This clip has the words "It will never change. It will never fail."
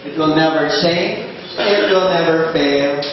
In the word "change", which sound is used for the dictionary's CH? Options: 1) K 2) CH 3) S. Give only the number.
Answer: 3